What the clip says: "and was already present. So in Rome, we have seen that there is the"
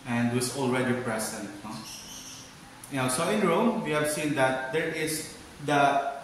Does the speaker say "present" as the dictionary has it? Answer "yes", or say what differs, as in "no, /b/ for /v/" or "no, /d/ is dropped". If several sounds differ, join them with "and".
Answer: no, /s/ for /z/